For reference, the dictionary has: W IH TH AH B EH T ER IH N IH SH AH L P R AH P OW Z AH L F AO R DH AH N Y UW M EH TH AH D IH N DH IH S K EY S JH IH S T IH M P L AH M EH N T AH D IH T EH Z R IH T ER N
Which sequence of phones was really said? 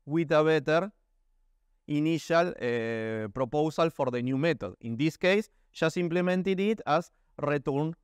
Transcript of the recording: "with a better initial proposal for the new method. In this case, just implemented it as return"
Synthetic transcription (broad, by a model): W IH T AH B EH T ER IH N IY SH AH L P R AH P OW S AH L F AO R DH AH N Y UW M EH T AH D IH N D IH S K EY S SH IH S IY M P L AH M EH N T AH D IH T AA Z R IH T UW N